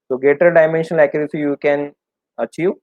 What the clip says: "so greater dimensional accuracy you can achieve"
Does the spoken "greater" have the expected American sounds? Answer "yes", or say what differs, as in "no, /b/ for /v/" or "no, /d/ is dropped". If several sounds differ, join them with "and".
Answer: no, /ɹ/ is dropped